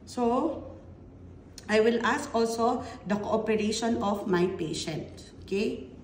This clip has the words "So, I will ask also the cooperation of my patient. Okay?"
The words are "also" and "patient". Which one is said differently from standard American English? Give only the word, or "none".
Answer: none